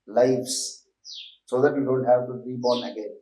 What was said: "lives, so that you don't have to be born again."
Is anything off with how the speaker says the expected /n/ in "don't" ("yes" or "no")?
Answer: yes